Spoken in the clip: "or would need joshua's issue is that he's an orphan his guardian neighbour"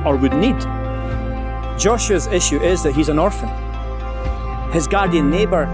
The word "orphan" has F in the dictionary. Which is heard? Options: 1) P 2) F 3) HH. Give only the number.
2